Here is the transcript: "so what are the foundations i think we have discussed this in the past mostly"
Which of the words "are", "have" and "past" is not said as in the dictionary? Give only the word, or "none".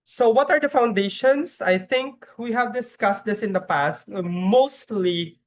none